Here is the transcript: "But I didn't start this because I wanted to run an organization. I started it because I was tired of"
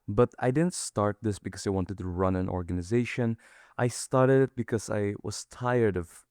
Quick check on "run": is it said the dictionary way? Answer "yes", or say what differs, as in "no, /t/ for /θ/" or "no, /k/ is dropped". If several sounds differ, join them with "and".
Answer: yes